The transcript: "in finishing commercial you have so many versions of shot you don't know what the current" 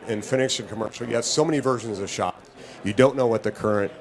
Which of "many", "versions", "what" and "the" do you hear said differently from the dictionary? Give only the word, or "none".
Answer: none